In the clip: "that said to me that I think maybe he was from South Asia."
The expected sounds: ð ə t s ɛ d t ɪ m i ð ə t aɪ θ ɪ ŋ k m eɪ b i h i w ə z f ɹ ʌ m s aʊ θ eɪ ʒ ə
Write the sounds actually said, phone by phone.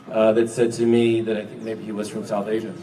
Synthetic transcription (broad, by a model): ð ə t s ɛ d t ɪ m i ð ə t aɪ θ ɪ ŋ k m eɪ b i h i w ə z f ɹ ʌ m s aʊ θ eɪ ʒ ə